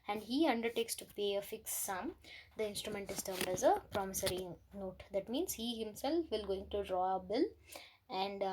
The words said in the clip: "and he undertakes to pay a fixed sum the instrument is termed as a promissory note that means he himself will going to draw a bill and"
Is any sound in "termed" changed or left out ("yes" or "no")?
no